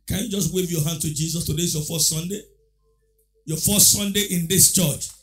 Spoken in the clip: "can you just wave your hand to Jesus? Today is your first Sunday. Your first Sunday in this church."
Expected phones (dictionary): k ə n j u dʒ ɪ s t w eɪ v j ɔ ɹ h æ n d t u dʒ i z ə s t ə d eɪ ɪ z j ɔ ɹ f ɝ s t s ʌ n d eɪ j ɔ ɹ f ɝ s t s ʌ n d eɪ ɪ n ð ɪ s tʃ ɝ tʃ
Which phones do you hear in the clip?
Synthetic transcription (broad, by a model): k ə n j u dʒ ɪ s t w eɪ v j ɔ h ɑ n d t u dʒ i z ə s t ə d eɪ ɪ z j ɔ f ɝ s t s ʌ n d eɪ j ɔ f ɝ s t s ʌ n d eɪ ɪ n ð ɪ s tʃ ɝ tʃ